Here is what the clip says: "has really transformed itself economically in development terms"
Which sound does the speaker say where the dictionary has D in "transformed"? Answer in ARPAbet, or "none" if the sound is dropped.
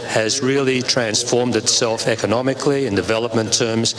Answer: D